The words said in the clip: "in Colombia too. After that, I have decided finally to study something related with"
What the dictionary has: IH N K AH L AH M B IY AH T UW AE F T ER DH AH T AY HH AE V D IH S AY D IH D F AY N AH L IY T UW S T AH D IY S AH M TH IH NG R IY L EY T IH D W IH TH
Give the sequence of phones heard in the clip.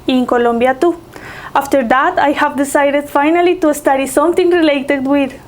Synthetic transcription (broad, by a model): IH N K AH L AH M B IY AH T UW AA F T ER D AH T AY HH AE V D IH S AY D IH D F AY N AH L IY T UW S T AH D IY S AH M T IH NG R IY L EY T IH D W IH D